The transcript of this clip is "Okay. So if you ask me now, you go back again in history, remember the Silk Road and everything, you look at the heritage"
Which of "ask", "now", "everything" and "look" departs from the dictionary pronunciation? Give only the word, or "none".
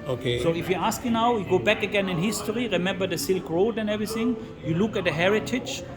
none